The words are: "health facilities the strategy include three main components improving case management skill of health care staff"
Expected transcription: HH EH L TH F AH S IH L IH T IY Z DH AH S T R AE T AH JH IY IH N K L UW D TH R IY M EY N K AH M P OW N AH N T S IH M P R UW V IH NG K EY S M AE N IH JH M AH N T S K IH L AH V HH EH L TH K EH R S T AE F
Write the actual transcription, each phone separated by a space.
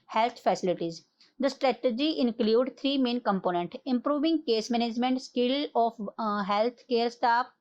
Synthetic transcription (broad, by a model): HH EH L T F AH S IH L IH T IY Z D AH S T R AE T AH JH IY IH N K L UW D T R IY M EY N K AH M P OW N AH N T IH M P R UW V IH NG K EY S M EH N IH JH M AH N T S K IH L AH F HH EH L T K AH R S T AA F